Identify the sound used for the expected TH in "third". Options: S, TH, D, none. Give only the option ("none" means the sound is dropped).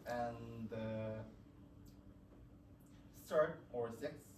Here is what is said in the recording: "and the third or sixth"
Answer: S